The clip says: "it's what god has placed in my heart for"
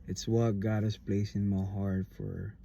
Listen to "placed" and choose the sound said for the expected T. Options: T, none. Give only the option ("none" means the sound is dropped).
none